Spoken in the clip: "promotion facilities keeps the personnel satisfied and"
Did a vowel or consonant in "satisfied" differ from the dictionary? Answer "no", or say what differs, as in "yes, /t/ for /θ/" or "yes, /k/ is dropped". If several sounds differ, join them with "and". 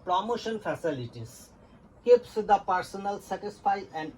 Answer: yes, /d/ is dropped